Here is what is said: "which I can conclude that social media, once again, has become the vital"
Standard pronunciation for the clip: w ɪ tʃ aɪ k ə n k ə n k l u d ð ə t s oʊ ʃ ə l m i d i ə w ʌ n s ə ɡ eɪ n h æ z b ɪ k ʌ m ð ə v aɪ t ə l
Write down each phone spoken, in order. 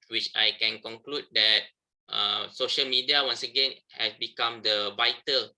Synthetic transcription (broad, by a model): w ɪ tʃ aɪ k ə n k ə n k l u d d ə t s oʊ ʃ ə l m i d i ə w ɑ n s ə ɡ eɪ n h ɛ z b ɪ k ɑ m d ə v aɪ t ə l